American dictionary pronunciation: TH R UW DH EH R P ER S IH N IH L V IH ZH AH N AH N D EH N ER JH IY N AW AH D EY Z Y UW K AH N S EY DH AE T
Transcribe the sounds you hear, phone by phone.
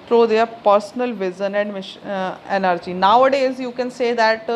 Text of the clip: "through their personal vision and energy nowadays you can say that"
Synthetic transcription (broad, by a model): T R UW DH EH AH P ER S N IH L V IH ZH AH N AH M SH EH N ER JH IY N AW AH D EY Z Y UW K AH N S EY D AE T